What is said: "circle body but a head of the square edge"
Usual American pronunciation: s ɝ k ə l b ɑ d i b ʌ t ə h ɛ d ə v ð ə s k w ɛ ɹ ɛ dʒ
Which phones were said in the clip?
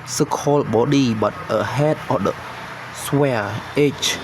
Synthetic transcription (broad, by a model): s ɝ k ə l b ɑ d i b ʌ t ə h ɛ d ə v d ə s w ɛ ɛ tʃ